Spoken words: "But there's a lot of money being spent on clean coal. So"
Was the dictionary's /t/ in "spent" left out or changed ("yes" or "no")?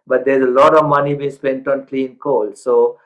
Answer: no